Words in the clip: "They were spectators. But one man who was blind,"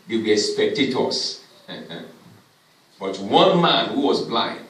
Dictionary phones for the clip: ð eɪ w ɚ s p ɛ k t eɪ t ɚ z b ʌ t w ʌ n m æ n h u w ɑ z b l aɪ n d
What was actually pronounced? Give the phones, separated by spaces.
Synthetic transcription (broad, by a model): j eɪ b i s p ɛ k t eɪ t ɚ s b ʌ t w ʌ n m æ n h u w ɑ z b l aɪ n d